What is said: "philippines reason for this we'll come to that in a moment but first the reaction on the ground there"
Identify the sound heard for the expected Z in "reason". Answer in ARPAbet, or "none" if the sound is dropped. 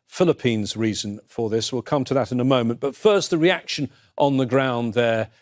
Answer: Z